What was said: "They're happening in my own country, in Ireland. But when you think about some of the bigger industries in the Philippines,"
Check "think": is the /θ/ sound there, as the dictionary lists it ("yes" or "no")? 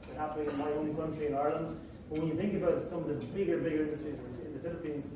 yes